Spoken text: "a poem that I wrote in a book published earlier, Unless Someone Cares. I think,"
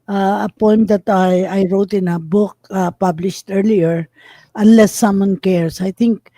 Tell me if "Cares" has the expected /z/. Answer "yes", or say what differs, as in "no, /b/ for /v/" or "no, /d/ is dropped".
no, /s/ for /z/